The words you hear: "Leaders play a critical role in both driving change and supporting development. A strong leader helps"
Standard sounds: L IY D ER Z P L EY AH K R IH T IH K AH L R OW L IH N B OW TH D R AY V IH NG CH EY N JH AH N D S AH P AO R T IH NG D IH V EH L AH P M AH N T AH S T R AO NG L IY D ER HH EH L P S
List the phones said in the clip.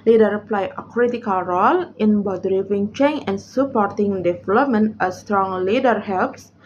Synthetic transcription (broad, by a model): L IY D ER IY P L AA AH K R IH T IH K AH L R OW L IH N B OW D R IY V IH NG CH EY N AH N S AH P AO R T IH NG D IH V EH L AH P M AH N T AH S T R AO NG L IY D ER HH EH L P S